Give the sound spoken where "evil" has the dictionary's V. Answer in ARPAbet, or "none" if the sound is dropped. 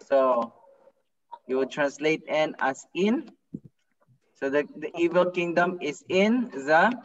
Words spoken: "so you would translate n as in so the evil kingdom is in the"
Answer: V